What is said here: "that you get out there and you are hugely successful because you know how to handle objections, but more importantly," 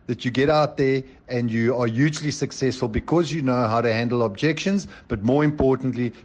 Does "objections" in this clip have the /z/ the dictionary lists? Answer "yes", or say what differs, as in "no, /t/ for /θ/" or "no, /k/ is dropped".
yes